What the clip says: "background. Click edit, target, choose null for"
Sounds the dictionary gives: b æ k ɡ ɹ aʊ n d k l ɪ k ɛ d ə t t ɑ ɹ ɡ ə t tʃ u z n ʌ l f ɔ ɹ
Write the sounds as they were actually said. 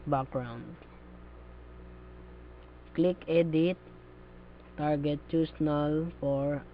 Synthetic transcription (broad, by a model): b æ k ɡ ɹ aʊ n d k l ɪ k ɛ d ə t t ɑ ɹ ɡ ə t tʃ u s n ʌ l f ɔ ɹ